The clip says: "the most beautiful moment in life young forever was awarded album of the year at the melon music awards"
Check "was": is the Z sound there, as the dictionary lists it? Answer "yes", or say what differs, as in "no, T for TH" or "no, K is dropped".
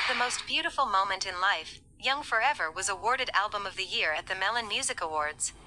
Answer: yes